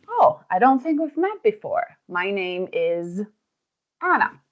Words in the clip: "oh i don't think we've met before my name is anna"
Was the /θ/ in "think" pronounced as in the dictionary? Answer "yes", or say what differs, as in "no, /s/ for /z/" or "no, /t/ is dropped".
yes